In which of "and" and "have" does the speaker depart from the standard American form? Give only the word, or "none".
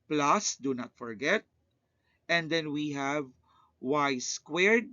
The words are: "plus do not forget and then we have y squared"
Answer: none